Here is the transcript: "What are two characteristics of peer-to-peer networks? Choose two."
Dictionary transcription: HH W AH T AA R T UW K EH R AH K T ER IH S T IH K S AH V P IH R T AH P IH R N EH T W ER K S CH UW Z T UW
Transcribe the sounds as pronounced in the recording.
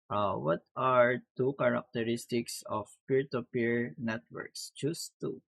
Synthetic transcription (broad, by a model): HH W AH T AA R T UW K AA R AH K T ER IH S T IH K S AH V P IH R T AH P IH R N EH T W ER K S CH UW S T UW